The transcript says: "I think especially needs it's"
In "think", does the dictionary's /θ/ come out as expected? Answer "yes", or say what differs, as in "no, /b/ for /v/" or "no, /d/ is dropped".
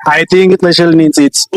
no, /t/ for /θ/